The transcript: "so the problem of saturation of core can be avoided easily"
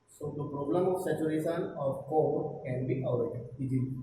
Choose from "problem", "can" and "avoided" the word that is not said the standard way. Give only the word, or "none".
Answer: avoided